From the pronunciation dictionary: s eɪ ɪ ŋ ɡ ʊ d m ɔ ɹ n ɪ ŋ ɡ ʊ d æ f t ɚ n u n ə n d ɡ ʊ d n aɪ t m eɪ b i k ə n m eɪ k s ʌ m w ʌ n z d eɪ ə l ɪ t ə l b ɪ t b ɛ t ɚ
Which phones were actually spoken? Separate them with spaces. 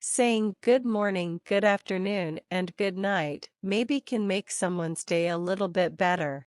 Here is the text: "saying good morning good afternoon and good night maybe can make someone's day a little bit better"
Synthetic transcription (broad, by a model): s eɪ ɪ ŋ ɡ ʊ d m ɔ ɹ n ɪ ŋ ɡ ʊ d æ f t ɚ n u n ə n ɡ ʊ d n aɪ t m eɪ b i k ə n m eɪ k s ʌ m w ʌ n z d eɪ ə l ɪ t l b ɪ t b ɛ t ɚ